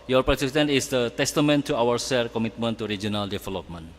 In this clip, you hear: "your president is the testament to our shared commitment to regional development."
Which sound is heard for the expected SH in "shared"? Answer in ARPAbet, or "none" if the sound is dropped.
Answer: S